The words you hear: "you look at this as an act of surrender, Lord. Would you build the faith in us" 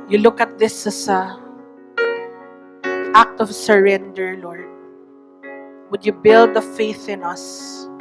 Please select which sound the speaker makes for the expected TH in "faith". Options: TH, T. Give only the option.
TH